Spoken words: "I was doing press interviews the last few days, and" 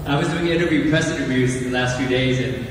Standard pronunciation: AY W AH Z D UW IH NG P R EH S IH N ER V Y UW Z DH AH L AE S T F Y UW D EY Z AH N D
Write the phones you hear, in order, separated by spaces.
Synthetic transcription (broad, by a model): AY W AH Z D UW IH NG P R EH S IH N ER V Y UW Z DH AH L AE S T F Y UW D EY Z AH N